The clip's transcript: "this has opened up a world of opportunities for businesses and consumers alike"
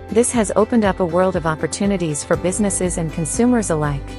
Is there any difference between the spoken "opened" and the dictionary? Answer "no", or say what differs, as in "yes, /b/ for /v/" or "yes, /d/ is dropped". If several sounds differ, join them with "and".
no